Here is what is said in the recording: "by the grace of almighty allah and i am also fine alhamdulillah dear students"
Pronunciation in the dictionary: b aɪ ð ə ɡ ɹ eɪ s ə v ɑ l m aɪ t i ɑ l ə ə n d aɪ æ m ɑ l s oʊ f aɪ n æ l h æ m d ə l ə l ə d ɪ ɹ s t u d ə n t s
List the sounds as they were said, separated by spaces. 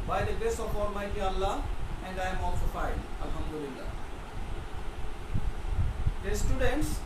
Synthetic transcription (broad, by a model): b aɪ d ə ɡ eɪ s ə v ɑ l m aɪ t i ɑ l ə ə n d aɪ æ m ɑ l s oʊ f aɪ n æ l h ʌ m d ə l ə l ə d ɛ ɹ s t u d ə n t s